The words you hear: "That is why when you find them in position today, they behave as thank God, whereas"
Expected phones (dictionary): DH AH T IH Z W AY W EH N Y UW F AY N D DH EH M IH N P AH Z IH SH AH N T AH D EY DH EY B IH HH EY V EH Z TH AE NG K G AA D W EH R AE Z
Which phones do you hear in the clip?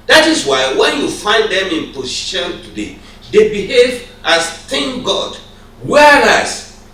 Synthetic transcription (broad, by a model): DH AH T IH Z W AY W EH N Y UW F AY N D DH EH M IH N P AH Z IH SH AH N T AH D EY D EY B IH HH EY V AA S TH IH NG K G AA D W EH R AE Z